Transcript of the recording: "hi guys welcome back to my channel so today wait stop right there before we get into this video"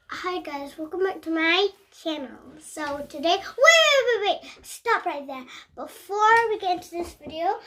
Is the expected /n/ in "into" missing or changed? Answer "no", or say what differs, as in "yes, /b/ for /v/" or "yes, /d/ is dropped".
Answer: no